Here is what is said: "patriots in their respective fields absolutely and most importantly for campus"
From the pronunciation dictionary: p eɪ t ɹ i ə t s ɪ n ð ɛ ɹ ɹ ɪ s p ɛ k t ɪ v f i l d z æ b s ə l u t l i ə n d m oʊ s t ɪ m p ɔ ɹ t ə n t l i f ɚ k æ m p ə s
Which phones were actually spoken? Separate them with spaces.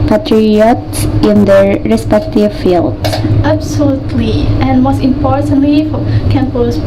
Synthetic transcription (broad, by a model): p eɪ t ɹ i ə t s ɪ n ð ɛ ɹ ɹ ɪ s p ɛ k t ɪ v f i l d æ b s ə l u t l i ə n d m oʊ s t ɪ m p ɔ ɹ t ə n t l i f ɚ k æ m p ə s